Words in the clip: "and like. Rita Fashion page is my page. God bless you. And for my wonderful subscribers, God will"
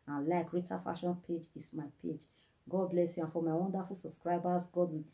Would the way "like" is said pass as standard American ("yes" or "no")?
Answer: yes